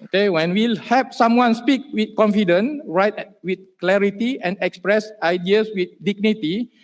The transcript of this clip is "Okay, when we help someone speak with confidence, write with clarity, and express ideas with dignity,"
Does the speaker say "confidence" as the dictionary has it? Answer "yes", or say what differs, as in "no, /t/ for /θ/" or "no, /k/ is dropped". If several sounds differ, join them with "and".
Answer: no, /s/ is dropped